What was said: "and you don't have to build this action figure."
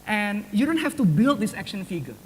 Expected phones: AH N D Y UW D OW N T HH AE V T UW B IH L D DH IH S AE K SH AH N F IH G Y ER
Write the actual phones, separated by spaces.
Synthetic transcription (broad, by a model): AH N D Y UW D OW N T HH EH F T UW B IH L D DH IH S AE K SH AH N F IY G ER